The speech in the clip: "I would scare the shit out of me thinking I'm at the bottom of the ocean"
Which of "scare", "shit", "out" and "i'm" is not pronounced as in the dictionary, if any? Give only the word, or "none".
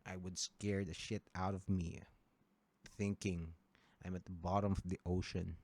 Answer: none